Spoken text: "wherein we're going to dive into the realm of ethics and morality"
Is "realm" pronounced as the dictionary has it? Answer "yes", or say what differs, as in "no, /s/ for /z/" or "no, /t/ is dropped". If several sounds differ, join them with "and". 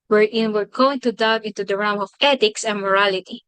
no, /l/ is dropped